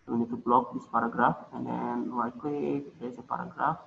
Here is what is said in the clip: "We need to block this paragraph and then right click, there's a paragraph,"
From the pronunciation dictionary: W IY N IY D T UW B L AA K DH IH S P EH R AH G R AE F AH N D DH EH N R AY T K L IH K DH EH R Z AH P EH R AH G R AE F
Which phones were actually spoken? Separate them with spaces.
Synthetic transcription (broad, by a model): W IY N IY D T UW B L AA K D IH S P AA R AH G R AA F AH N D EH N W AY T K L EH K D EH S AH P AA R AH G R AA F